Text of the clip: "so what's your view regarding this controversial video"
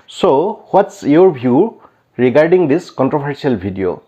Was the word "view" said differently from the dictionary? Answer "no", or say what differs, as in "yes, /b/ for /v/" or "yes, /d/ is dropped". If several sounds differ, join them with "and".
yes, /b/ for /v/